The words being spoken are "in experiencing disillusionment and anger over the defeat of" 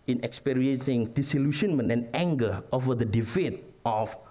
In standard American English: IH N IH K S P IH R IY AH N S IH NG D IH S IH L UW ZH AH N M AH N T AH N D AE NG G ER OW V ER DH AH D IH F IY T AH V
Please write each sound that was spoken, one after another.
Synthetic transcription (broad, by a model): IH N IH K S P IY R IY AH N S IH NG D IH S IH L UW SH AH N M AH N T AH N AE NG G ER OW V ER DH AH D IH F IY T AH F